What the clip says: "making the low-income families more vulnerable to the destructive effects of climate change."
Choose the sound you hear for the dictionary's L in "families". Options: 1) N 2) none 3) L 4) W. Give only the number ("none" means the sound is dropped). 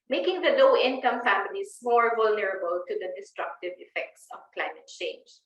1